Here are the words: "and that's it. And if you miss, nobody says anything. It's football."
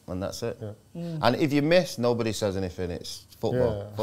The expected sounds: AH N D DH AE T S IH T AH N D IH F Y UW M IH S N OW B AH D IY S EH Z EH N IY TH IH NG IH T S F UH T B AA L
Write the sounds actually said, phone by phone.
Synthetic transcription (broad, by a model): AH N DH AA T S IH T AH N IH F Y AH M IH S N OW B AH D IY S EH Z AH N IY F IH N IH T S F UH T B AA L